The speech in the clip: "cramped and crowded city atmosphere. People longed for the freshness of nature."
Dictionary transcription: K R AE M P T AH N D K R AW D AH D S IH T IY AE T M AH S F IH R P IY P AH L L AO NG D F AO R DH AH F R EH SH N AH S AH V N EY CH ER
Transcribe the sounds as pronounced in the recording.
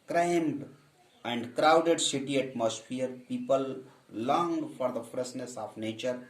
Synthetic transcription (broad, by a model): K R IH M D AH N D K R AW D AH D S IH T IY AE T M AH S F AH R P IY P AH L L AO NG D F AO R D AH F R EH S N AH S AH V N EY CH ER